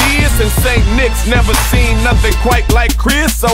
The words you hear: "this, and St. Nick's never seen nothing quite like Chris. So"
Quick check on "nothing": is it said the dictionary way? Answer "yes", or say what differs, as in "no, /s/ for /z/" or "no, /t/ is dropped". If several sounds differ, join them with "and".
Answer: yes